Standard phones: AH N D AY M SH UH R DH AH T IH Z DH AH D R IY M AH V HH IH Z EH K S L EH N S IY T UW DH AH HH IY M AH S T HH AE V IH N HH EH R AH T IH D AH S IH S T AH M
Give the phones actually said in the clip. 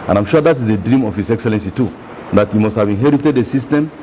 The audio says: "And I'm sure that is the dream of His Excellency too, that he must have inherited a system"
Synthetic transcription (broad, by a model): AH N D AY M SH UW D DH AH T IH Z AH D R IY M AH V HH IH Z EH K S L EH N S IY T UW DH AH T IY M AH S T HH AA V IH N HH EH R AH T IH D AH S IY S T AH M